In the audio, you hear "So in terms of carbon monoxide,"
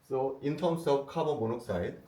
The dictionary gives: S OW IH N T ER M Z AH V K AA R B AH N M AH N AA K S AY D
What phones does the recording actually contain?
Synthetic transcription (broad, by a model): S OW IH N T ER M S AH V K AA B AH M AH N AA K S AY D